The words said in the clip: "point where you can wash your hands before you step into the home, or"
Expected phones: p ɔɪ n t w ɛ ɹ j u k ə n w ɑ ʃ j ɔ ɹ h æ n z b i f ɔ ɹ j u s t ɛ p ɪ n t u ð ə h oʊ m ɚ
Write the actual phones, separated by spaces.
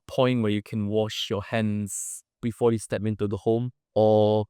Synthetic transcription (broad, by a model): p ɔɪ n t w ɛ j u k ə n w ɑ ʃ j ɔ h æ n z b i f ɔ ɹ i s t ɛ p ɪ n t u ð ə h oʊ m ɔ